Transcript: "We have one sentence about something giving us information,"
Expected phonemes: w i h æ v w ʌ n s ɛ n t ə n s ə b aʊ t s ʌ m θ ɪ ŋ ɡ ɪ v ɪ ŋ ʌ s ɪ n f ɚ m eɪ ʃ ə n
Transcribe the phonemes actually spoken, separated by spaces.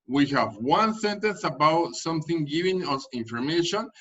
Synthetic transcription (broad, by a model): w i h æ v w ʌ n s ɛ n t ə n s ə b aʊ t s ʌ m θ ɪ ŋ ɡ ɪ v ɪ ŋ ʌ s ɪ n f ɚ m eɪ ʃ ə n